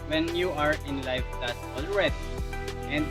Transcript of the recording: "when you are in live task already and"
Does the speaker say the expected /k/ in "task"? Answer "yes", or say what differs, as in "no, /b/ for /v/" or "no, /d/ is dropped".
no, /k/ is dropped